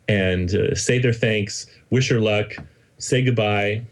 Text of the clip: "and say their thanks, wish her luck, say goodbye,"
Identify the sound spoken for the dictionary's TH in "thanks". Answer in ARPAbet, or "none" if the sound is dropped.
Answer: TH